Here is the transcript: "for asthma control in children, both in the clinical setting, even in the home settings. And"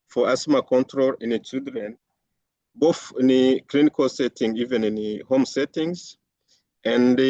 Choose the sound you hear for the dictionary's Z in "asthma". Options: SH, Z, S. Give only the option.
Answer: S